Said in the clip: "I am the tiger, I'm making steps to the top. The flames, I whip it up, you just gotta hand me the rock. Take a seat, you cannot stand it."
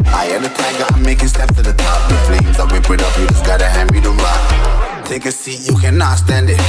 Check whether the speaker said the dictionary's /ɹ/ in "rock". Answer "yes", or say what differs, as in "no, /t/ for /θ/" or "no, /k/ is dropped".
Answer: no, /l/ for /ɹ/